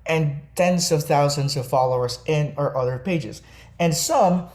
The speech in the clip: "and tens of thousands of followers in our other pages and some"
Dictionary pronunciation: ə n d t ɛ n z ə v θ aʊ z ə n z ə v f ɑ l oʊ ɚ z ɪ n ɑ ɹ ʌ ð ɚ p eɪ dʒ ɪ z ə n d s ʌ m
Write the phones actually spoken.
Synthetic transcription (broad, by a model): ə n t ɛ n z ə v θ aʊ z ə n z ə v f ɑ l oʊ ɚ z ɪ n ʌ ɹ ʌ ð ɚ p eɪ dʒ ɪ z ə n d s ʌ m